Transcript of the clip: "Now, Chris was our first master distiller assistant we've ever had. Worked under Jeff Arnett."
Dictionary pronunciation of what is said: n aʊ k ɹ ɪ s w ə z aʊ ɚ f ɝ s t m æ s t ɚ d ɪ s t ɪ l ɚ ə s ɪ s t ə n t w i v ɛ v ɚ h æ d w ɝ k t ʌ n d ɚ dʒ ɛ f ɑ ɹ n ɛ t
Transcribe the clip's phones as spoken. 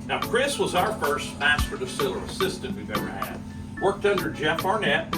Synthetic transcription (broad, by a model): n aʊ k ɹ ɪ s w ə z aʊ ɚ f ɝ s t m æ s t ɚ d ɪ s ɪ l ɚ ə s ɪ s t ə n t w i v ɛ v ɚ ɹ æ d w ɝ k t ʌ n d ɚ dʒ ɛ f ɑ ɹ n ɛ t